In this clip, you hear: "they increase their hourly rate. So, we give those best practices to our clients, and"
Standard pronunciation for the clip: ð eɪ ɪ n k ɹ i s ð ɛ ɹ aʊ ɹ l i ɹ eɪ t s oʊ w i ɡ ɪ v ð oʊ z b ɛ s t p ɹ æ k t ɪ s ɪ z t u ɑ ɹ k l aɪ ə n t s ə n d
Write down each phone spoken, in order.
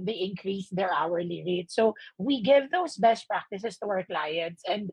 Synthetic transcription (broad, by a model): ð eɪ ɪ n k ɹ i s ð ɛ ɹ aʊ ɹ l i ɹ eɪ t s oʊ w i ɡ ɪ v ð oʊ s b ɛ s t p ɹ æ k t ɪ s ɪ s t u ɑ ɹ k l aɪ ə n t s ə n d